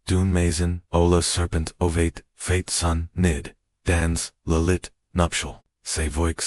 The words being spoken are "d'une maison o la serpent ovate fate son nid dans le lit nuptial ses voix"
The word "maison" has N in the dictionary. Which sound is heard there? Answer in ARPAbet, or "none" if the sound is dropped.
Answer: N